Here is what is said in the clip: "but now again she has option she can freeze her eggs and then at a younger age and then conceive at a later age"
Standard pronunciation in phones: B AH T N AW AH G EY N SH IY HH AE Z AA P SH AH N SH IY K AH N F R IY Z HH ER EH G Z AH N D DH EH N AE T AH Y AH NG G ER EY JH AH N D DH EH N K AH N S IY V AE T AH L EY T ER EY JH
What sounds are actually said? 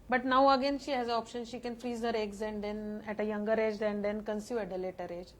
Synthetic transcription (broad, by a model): B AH T N AW AH G EY N SH IY HH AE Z AA P SH AH N SH IY K AH N F R IY Z HH ER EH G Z AH N D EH N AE T AH Y AH NG G ER EY JH AH N D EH N K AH N S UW AE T AH L EY T ER EY JH